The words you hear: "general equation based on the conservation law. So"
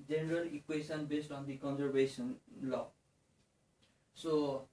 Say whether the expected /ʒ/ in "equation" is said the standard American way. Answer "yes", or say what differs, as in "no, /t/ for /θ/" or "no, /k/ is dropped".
no, /s/ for /ʒ/